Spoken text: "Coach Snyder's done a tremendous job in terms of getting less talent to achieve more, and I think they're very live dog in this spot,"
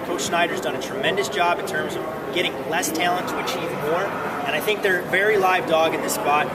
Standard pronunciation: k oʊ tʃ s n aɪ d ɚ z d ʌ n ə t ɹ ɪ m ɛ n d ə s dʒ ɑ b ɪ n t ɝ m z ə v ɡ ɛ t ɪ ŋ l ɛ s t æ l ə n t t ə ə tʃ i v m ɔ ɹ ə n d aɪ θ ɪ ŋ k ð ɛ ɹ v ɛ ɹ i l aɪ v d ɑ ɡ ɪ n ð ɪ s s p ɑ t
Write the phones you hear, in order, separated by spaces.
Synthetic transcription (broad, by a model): k oʊ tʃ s n aɪ d ɚ z d ʌ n ə t ɹ ɪ m ɛ n d ə s dʒ ɑ b ɪ n t ɝ m z ə v ɡ ɛ t ɪ ŋ l ɛ s t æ l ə n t t ə ə tʃ i v m ɔ ɹ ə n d aɪ θ ɪ ŋ k ð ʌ ɹ v ɛ ɹ i l aɪ v d ɑ ɡ ɪ n ð ɪ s s p ɑ t